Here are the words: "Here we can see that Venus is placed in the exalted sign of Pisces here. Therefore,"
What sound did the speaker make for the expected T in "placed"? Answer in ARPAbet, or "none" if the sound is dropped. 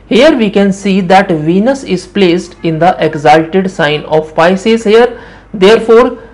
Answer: T